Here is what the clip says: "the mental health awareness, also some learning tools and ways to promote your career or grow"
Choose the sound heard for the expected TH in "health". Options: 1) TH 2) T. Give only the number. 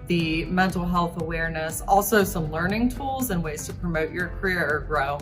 1